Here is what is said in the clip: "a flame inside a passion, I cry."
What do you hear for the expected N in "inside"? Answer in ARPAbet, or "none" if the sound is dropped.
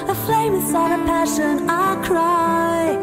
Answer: none